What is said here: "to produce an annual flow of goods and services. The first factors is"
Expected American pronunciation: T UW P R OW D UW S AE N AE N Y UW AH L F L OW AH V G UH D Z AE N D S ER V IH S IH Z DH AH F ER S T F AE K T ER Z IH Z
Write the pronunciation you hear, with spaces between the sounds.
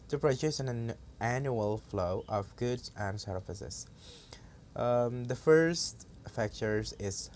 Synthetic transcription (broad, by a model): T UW P R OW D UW S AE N AE N Y UW AH L F L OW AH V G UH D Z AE N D S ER F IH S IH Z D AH F ER S T F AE K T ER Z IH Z